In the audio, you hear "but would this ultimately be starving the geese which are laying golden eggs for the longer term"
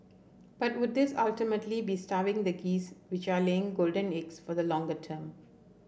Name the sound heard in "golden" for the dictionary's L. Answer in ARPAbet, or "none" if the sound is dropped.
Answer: L